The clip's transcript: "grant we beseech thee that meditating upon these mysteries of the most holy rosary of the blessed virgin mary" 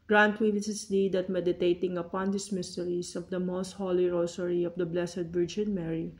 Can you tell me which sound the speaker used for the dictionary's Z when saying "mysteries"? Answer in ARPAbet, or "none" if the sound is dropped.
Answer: S